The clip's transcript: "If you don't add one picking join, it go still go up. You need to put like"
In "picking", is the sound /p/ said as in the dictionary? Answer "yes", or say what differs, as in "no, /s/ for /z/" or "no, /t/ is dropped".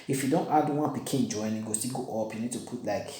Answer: no, /b/ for /p/